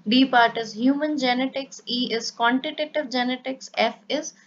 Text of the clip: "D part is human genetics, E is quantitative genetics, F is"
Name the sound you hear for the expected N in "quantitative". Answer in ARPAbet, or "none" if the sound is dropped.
N